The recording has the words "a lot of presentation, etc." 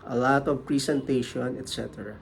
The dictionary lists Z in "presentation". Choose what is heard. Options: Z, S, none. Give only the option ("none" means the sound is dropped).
S